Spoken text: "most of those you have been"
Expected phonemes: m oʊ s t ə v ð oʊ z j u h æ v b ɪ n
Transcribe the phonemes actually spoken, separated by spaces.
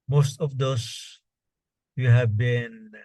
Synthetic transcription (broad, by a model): m oʊ s t ə v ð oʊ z j u h æ v b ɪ n